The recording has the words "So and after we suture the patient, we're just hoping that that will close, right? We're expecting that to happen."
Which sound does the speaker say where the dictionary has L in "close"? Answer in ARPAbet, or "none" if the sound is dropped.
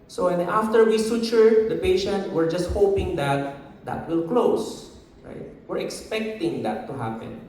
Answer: L